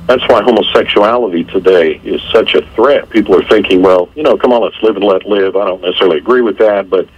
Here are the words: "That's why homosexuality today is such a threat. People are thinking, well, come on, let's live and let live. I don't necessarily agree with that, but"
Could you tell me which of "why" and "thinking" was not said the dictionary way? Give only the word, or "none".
none